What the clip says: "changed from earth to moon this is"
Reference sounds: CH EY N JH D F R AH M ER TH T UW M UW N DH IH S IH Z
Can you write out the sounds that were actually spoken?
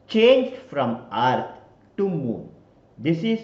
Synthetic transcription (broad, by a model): CH EY N JH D F R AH M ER T T UW M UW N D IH S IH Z